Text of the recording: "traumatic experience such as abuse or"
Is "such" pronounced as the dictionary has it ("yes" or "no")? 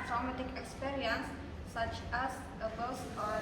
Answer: yes